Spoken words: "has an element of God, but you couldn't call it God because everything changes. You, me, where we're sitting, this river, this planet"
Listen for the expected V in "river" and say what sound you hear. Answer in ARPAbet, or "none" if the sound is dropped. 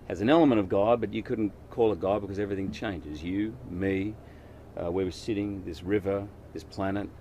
V